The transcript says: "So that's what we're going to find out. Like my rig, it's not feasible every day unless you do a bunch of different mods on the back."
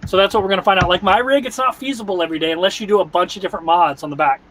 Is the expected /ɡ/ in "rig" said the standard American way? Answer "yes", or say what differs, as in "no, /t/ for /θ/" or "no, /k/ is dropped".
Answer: yes